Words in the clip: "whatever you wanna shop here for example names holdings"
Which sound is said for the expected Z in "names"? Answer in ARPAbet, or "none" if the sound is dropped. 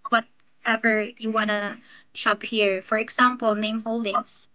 none